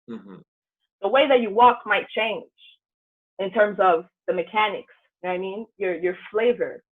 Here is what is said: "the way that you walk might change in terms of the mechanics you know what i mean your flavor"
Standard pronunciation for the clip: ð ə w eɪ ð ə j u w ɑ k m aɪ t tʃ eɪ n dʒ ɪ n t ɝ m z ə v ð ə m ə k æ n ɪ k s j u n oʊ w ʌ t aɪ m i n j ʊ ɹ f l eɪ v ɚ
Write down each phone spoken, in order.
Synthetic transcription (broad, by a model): ð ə w eɪ ð ə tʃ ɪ w ɑ k m aɪ t tʃ eɪ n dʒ ɪ n t ɝ m z ə v ð ə m ə k æ n ɪ k s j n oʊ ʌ aɪ m i n j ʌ ɹ f l eɪ v ɚ